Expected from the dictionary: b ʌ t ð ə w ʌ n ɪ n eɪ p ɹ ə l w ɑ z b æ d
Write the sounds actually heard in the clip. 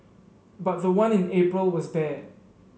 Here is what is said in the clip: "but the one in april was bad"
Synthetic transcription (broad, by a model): b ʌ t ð ə w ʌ n ɪ n eɪ p ɹ ə l w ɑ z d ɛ